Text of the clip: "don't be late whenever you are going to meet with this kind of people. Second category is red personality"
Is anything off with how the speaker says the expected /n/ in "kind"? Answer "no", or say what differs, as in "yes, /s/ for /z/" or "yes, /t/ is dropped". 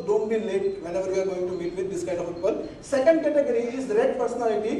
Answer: yes, /n/ is dropped